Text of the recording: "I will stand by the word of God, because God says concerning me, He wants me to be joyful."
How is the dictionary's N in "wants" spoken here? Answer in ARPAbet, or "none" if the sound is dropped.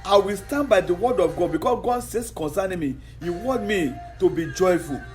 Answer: none